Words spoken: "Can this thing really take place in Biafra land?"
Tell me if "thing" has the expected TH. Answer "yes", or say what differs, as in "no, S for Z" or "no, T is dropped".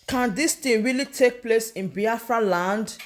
no, T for TH